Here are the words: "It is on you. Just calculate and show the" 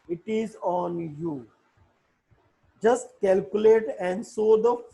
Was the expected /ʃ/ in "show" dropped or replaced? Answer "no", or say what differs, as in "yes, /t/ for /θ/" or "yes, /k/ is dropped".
yes, /s/ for /ʃ/